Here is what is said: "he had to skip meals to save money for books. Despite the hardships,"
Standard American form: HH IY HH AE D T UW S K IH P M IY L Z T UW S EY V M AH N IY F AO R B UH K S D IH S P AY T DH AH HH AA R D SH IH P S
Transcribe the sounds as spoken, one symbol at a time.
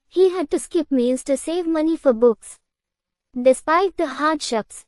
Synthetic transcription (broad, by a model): HH IY HH AE D T UW S K IH P M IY N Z T UW S EY V M AH N IY F AO R B UH K S D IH S P AY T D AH HH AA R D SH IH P S